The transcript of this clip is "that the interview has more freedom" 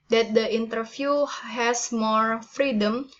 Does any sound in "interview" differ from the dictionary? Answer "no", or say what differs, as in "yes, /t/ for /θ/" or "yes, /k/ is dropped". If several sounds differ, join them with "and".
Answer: yes, /f/ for /v/